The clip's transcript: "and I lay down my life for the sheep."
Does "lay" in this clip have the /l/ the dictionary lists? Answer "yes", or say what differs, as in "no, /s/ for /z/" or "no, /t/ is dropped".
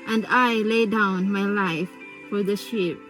yes